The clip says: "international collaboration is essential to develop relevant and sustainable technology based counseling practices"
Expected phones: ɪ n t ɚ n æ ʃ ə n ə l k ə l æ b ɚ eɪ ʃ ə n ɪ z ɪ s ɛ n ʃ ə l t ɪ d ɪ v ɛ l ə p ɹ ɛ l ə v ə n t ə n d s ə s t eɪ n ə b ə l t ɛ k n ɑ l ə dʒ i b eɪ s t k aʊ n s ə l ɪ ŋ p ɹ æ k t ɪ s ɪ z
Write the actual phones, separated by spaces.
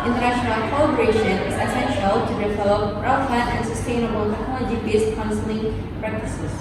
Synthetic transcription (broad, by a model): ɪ n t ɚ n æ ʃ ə n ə l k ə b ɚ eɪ ʃ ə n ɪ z ɪ s ɛ n ʃ ə l t ɪ d ɪ v ɛ l ə p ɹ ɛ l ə f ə t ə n s ə s t eɪ n ə b ə l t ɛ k ɑ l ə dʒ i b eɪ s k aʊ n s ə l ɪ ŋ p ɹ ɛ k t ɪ s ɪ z